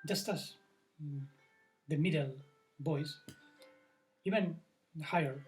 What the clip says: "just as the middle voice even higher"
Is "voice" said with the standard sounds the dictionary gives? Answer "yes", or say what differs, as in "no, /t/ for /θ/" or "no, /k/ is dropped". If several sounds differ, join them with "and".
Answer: no, /b/ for /v/